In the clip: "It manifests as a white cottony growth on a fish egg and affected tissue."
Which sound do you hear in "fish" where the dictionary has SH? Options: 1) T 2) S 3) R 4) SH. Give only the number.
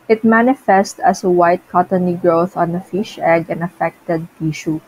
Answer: 4